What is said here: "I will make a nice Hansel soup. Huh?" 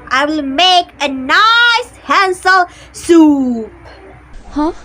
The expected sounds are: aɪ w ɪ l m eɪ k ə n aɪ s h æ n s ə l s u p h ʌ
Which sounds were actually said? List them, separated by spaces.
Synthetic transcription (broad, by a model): aɪ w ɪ l m eɪ k ə n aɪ s h æ n s ə l s u p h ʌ